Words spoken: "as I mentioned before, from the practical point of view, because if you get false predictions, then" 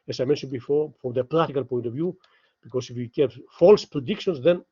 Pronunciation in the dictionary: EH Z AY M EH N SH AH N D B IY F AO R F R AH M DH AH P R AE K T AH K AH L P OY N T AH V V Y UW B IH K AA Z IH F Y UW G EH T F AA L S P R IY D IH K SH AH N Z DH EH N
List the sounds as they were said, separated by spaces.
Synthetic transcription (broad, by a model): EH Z AY M EH N SH AH N D B IY F AO R F R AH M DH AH P R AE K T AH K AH L P OY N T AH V V Y UW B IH K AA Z IH F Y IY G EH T F AA L S P R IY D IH K SH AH N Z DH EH N